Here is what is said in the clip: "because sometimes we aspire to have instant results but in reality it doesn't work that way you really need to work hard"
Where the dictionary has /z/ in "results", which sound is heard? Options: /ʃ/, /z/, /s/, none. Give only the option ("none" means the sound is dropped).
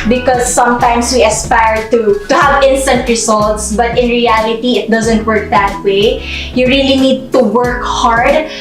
/s/